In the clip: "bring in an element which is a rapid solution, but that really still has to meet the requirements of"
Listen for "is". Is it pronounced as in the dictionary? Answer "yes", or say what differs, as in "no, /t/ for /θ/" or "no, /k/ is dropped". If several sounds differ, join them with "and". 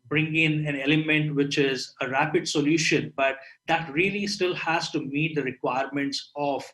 yes